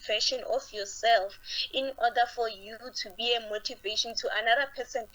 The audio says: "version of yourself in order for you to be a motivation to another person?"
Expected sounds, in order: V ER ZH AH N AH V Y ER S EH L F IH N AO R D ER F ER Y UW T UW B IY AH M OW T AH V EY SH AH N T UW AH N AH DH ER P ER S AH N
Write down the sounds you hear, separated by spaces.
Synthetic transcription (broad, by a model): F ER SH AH N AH F Y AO S EH L F IH N AO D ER F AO Y UW T UW B IY AH M OW T AH V EY SH AH N T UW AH N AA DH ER P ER S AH N